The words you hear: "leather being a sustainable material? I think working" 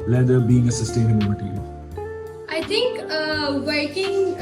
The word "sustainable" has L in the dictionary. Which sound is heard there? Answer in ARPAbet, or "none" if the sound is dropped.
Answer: N